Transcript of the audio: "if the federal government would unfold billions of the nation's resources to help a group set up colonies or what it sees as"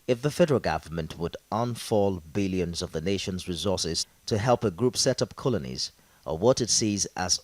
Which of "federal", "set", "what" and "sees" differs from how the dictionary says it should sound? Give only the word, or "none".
none